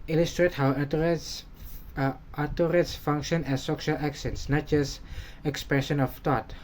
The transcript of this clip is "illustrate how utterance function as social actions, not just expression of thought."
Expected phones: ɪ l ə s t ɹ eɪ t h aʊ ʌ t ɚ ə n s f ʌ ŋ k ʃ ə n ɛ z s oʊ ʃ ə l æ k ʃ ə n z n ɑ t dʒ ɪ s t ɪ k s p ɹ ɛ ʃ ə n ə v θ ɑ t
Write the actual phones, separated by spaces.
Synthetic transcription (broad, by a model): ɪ l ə s t ɹ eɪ t h aʊ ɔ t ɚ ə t s f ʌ ŋ k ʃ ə n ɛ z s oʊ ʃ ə l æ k s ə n s n ɑ t dʒ ɪ s t ɪ k s p ɹ ɛ ʃ ə n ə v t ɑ t